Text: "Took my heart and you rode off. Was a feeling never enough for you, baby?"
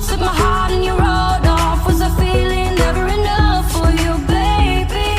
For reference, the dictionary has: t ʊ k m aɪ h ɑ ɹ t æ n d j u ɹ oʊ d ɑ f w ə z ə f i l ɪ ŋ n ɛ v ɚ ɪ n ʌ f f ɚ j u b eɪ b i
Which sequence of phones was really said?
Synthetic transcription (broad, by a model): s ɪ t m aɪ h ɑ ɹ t n j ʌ ɹ oʊ d ɑ f w ə z ə f i l ɪ ŋ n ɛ ɚ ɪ n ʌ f f ɚ j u b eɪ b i